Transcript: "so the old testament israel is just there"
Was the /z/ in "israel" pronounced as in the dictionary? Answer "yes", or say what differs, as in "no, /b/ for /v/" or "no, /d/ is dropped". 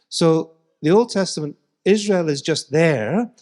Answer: yes